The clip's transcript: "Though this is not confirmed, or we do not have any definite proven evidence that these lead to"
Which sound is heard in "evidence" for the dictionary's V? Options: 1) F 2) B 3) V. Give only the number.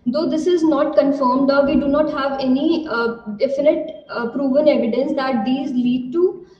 3